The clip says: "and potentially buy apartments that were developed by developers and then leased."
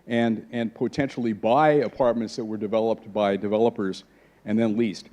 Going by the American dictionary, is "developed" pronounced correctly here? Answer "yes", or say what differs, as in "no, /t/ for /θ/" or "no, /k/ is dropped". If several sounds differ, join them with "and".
yes